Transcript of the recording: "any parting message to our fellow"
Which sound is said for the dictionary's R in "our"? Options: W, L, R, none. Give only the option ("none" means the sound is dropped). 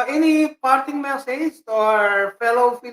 R